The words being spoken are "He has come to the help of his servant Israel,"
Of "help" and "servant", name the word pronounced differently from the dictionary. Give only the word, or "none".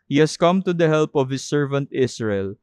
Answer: none